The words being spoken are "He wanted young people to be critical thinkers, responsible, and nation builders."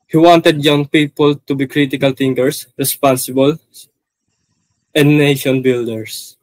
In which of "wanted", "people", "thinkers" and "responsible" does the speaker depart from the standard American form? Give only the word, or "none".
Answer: thinkers